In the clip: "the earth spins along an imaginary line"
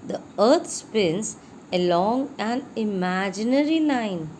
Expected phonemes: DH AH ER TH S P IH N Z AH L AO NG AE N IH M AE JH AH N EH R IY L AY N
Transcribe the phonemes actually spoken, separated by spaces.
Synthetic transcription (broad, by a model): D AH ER T S P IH N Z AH L AO NG AE N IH M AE JH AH N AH R IY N AY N